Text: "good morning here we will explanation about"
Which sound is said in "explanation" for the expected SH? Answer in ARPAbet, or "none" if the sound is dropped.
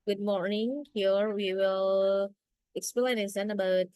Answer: S